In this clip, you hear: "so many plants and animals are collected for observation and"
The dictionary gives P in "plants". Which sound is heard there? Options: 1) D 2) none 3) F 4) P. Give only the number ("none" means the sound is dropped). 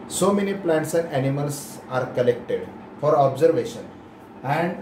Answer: 4